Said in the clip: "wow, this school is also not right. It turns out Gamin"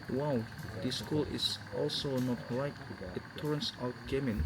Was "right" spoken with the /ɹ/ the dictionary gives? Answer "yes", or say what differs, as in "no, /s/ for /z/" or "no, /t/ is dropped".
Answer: no, /l/ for /ɹ/